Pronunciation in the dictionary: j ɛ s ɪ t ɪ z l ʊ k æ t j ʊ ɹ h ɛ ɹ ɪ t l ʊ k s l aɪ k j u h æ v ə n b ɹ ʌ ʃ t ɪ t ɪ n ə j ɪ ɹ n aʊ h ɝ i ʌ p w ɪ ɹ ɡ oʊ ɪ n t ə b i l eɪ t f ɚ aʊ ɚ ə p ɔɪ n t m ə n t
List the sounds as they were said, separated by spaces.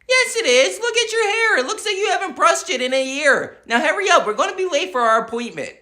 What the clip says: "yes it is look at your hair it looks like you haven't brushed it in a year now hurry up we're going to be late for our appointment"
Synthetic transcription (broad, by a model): j ɛ s ɪ t ɪ z l ʊ k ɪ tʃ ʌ ɹ h ɛ ɹ ɪ t l ʊ k s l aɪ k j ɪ h æ v ə n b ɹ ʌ s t ɪ t ɪ n ə j ɪ ɹ n aʊ h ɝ i ʌ p w ɪ ɹ ɡ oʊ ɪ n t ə b i l eɪ t f ɚ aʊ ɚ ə p ɔɪ n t m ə n t